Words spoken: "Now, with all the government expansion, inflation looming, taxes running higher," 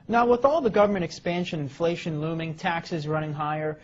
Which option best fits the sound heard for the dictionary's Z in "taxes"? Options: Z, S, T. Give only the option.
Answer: Z